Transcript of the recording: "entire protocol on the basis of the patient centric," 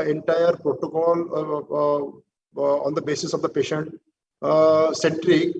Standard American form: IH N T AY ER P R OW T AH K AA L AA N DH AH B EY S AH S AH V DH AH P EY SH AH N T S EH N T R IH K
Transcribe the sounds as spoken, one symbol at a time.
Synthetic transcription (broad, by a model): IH N T AY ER P R OW T AH K AA L AA N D AH B EY S AH S AH V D AH P EY SH AH N T S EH N T R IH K